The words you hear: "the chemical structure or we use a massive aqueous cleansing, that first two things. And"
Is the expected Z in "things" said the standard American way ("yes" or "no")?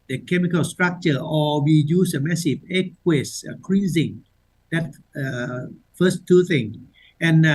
no